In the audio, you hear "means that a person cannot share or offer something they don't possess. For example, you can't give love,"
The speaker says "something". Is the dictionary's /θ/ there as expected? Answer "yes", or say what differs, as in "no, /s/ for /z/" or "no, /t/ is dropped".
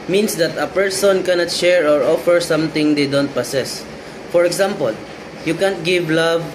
no, /t/ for /θ/